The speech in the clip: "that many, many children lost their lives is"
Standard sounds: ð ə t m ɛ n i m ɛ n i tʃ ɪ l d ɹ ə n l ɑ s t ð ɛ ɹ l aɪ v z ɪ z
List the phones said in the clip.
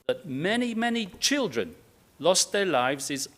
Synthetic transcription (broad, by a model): ð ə t m ɛ n i m ɛ n i tʃ ɪ l d ɹ ə n l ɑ s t ð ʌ ɹ l aɪ v z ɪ z